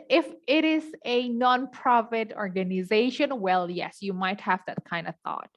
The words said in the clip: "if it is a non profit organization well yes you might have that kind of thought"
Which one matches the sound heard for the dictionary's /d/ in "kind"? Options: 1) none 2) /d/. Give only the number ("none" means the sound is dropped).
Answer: 2